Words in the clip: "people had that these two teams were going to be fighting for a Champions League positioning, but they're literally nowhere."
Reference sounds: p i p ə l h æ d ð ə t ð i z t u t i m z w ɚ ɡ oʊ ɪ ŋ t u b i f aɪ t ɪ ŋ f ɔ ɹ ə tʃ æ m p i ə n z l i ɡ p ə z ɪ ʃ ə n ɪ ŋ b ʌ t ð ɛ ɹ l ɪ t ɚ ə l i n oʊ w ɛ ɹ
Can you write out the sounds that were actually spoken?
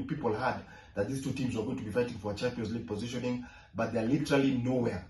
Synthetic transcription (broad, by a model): p i p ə l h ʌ d ð ə t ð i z t u t i m z w ɚ ɡ oʊ ɪ ŋ t u b i f aɪ t ɪ ŋ f ɔ ɹ ə tʃ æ m p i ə n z l i ɡ p ə z ɪ ʃ ə n ɪ ŋ b ʌ t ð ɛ l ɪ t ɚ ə l i n oʊ w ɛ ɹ